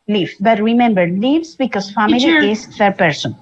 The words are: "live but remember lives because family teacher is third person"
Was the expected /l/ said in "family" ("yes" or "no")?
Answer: no